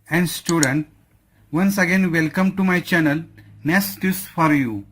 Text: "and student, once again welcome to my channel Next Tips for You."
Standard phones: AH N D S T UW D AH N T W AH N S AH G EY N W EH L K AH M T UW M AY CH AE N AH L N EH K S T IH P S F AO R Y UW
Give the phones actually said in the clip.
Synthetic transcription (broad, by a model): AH N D S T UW D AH N T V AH N S AH G EY N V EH L K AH M T UW M AY CH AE N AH L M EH S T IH S F AO R Y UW